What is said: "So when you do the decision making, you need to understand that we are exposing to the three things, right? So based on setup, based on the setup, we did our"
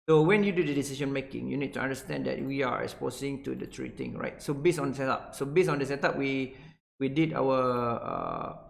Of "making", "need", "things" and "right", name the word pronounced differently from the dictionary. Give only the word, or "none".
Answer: things